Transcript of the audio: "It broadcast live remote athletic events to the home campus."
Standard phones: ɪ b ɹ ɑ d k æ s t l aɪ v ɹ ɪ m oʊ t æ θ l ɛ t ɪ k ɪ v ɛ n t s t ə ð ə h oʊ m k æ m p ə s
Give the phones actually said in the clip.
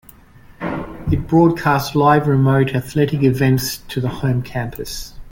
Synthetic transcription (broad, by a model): ɪ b ɹ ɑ d k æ s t l aɪ v ɹ ɪ m oʊ t æ θ l ɛ t ɪ k ɪ v ɛ n t s t ə ð ə h oʊ m k æ m p ə s